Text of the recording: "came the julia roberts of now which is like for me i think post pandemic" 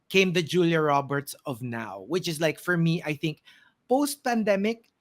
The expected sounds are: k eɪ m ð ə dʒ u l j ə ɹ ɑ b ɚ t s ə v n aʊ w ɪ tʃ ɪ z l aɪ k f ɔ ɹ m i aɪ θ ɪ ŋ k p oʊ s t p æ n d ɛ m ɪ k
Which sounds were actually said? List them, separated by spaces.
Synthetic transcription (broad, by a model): k eɪ m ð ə dʒ u l j ə ɹ ɑ b ɚ t s ə v n aʊ w ɪ tʃ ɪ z l aɪ k f ɔ ɹ m i aɪ θ ɪ ŋ k p oʊ s t p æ n d ɛ m ɪ k